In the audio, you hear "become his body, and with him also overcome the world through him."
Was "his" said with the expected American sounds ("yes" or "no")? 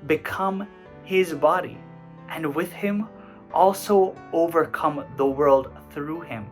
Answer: yes